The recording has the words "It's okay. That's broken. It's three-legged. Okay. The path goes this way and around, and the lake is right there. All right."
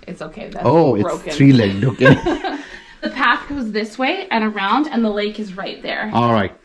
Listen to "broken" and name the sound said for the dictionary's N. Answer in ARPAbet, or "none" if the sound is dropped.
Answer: none